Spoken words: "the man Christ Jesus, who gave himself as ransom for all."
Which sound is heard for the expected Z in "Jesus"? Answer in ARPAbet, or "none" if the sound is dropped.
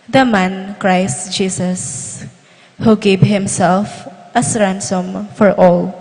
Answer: S